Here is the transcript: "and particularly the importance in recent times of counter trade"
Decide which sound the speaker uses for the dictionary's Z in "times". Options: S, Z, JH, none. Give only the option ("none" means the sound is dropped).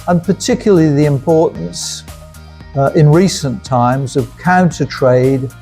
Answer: Z